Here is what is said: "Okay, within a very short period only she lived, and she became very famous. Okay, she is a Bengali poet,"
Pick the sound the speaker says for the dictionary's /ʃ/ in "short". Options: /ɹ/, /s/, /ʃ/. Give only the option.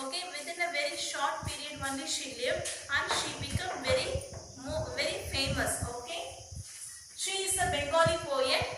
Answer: /ʃ/